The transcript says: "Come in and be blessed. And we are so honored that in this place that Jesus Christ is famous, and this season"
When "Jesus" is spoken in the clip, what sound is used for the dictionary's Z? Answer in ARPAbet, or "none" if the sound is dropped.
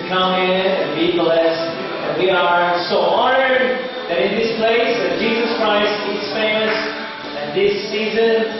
Z